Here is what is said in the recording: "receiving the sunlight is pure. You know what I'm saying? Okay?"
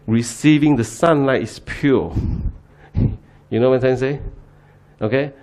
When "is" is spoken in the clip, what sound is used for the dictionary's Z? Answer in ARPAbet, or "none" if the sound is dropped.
S